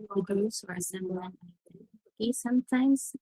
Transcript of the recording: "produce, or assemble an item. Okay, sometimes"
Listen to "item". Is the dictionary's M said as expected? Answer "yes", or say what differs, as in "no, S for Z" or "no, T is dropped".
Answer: no, M is dropped